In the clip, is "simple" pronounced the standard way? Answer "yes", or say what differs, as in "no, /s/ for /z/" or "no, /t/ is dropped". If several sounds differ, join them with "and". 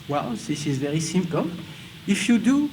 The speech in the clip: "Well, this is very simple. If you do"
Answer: yes